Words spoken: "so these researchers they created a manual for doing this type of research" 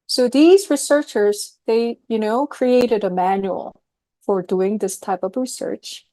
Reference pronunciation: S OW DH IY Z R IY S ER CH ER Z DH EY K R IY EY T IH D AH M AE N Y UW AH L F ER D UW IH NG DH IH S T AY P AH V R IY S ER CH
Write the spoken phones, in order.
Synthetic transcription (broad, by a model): S OW DH IY Z R IY S ER CH ER Z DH EY K R IY EY T IH D AH M AE N Y UW AH L F ER D UW IH NG DH IH S T AY P AH V R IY S ER CH